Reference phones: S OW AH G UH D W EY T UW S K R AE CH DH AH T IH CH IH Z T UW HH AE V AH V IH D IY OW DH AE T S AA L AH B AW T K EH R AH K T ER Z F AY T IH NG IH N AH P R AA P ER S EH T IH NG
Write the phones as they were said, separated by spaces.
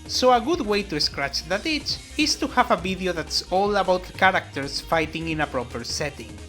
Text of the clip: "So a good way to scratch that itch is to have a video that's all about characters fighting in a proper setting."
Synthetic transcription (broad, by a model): S OW AH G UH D W EY T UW S K R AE CH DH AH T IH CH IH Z T UW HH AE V AH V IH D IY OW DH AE T S AA L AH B AW T K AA R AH K T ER S F AY T IH NG IH N AH P R AA P ER S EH T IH NG